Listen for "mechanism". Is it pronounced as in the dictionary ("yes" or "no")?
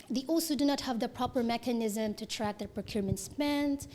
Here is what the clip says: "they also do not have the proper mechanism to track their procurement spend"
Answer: yes